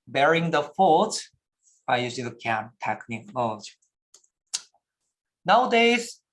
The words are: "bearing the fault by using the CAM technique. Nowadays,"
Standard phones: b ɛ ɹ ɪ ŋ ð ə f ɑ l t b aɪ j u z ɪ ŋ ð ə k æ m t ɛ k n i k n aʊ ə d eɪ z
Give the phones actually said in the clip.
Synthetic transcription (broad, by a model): b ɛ ɹ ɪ ŋ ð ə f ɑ t b aɪ j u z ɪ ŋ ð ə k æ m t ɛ k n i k n aʊ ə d eɪ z